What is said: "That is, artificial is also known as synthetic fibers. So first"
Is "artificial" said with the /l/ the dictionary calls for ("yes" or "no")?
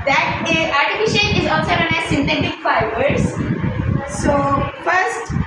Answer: no